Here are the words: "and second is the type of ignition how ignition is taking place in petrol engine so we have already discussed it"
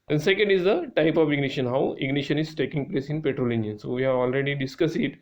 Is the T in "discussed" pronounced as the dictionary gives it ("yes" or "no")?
no